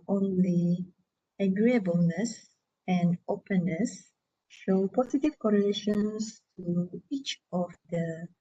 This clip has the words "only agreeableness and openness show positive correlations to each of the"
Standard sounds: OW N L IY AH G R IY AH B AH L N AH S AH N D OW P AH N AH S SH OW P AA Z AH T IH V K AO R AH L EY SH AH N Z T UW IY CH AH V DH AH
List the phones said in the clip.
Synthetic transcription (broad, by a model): OW N L IY AH G R IY AH B AH L N AH S AH N D OW P AH N AH S SH OW P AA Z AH T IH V K AO R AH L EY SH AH N S T UW IY CH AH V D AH